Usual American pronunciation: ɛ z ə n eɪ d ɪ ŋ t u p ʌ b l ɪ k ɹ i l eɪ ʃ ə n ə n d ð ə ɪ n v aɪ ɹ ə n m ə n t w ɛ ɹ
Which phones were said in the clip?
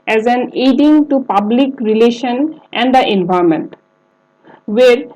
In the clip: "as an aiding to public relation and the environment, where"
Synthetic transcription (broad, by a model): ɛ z ə n eɪ d ɪ ŋ t u p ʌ b l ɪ k ɹ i l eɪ ʃ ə n ə n d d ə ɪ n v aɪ ə m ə n t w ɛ ɹ